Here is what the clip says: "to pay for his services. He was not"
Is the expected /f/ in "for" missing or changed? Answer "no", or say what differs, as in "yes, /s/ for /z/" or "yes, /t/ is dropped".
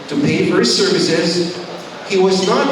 no